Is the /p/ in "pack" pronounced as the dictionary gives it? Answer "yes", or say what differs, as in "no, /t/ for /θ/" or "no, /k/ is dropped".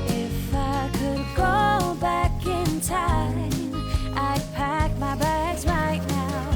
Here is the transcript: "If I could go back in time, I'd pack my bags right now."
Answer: yes